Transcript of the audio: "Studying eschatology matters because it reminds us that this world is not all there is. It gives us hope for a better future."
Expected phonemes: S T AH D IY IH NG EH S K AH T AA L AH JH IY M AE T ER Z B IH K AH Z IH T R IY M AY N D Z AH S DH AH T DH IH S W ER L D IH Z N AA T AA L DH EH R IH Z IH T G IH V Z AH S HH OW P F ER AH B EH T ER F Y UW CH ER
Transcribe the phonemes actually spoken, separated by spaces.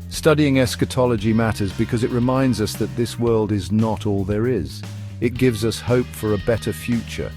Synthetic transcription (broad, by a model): S T AH D IY IH NG EH S K AH T AA L AH JH IY M AE T ER Z B IH K AH Z IH T R IY M AY N D Z AH S DH AH T DH IH S W ER L D IH Z N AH T AA L DH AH R IH Z IH T G IH V Z AH S HH OW P F ER AH B EH T ER F Y UW CH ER